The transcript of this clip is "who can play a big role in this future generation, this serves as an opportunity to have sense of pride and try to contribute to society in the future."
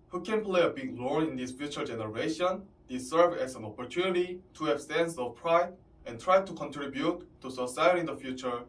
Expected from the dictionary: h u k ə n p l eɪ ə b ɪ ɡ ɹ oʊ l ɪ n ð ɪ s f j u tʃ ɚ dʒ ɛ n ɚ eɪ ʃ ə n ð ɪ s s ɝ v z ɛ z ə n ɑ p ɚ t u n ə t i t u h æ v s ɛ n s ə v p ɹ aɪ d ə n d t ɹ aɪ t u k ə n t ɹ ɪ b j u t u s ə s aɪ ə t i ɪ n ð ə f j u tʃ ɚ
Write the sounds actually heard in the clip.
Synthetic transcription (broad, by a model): h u k ə n p l eɪ ə b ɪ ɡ l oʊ n ɪ n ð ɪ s f j u tʃ ɚ dʒ ɛ n ɚ eɪ ʃ ə n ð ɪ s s ɝ v ɛ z ə n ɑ p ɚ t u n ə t i t u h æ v s ɛ n s ə v p ɹ aɪ d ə n t ɹ aɪ t u k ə n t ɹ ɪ b j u t u s ə s aɪ ə t i n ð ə f j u tʃ ɚ